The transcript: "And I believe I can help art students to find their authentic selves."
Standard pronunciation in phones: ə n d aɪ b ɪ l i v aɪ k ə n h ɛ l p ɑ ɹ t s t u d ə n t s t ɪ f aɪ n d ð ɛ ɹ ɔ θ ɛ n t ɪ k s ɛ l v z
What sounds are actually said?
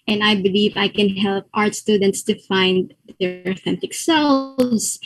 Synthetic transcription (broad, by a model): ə n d aɪ b ɪ l i v aɪ k ə n h ɛ l p ɑ ɹ t s t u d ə n t s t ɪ f aɪ n d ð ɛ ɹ ɔ θ ɛ n t ɪ k s ɛ l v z